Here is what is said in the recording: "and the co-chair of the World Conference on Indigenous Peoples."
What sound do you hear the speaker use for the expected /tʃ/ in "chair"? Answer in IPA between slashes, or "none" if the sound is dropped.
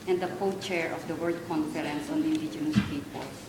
/tʃ/